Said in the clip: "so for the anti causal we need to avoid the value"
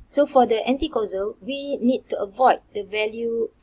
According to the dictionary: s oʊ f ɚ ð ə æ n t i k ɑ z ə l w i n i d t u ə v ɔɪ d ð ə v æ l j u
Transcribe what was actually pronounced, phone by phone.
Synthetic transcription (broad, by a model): s oʊ f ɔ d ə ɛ n t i k ɑ z ə l w i n i d t u ə v ɔɪ d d ə v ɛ l j u